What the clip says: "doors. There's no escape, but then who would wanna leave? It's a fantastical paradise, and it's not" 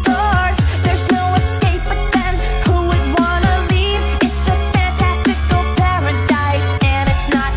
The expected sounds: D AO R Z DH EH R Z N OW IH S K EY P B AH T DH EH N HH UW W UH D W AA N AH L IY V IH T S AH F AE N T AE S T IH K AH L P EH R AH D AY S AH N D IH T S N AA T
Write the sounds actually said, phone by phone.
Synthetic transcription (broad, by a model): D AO R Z DH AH R Z N OW IH S K EY P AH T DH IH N HH UW W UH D W AA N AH L IY V IH T S AH F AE N T AE S T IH K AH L P EH R AH D AY S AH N IH T S N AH T